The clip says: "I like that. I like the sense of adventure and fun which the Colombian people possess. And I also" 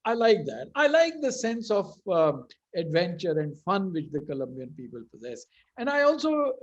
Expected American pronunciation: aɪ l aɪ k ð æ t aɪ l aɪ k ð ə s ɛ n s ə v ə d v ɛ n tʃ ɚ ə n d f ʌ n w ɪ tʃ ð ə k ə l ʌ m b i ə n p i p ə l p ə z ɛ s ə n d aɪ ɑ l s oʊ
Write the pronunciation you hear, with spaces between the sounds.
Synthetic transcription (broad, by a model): aɪ l aɪ k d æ t aɪ l aɪ k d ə s ɛ n s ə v ə d v ɛ n tʃ ɚ ə n d f ʌ n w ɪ tʃ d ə k ə l ʌ m b i ə n p i p ə l p ə z ɛ s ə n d aɪ ɑ l s oʊ